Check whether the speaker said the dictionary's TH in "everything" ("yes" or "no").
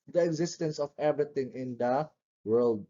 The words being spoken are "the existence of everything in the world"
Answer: no